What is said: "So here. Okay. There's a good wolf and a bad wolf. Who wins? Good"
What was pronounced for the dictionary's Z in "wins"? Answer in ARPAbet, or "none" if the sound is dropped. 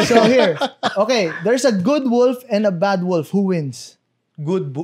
S